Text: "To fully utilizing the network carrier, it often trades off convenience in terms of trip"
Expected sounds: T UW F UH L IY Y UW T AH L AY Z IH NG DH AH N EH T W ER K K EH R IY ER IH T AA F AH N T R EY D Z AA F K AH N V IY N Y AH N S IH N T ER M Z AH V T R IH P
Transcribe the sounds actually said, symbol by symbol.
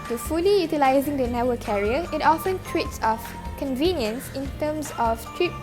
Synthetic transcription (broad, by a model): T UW F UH L IY Y UW T AH L AY Z IH NG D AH N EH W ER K K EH R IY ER IH T AA F AH N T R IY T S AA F K AH N V IY N Y AH N S IH N T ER M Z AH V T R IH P